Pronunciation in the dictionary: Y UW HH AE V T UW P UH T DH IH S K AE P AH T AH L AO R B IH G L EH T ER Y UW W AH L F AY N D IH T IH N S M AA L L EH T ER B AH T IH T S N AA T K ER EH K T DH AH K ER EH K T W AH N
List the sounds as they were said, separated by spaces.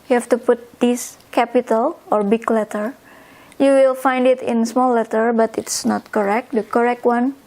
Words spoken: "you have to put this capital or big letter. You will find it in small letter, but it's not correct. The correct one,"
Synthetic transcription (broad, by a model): Y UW HH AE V T UW P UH T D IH S K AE P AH T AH L AO R B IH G L EH T ER Y UW W AH L F AY N D IH T IH N S M AA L L EH T ER B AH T IH T S N AA T K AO EH K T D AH K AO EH K T W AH N